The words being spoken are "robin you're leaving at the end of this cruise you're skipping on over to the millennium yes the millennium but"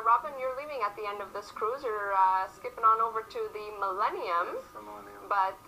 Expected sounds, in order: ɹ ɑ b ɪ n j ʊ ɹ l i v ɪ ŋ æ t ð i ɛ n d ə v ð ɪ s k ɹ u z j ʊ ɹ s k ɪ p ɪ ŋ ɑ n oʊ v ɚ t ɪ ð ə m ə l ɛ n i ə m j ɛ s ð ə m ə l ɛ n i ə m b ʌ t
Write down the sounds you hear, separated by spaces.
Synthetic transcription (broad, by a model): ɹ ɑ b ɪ n j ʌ ɹ l i v ɪ ŋ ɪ t ð i ɛ n d ə v ð ɪ s k ɹ u z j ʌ ɹ s k ɪ p ɪ ŋ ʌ n oʊ v ɚ t ɪ ð ə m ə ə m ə m ə l ɛ n i ə m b ʌ t